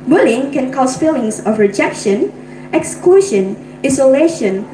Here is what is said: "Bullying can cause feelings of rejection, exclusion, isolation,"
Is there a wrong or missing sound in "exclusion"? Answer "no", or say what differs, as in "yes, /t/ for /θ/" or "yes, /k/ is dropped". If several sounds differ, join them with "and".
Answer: yes, /l/ is dropped